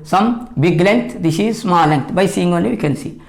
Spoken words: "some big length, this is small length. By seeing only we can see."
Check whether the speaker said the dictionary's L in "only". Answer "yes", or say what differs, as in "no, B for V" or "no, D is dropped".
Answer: no, L is dropped